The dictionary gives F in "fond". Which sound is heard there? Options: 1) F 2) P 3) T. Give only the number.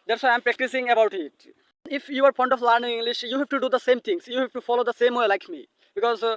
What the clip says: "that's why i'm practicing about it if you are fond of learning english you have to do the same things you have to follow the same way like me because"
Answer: 2